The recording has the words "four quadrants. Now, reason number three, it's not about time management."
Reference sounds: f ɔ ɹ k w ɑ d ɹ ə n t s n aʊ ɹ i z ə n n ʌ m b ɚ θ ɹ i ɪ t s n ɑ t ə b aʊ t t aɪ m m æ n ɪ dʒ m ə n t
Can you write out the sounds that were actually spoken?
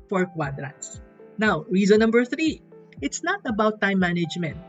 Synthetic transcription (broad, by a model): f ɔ ɹ k w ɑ d ɹ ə t s n aʊ ɹ i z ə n n ʌ m b ɚ θ ɹ i ɪ t s n ɑ t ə b aʊ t t aɪ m m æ n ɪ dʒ m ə n t